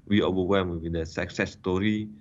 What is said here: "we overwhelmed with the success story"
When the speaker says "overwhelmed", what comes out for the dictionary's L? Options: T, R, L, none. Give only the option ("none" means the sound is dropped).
none